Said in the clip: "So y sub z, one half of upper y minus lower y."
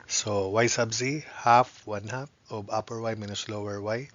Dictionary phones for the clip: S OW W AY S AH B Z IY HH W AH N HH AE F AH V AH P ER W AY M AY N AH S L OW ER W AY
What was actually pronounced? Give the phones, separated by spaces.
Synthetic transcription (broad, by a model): S OW W AY S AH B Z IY HH W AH N HH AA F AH B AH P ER W AY M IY N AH S L OW ER W AY